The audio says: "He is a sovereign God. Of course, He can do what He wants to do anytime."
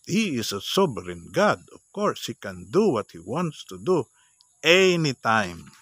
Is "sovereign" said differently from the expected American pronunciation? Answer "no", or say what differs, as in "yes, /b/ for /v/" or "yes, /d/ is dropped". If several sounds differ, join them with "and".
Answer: yes, /b/ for /v/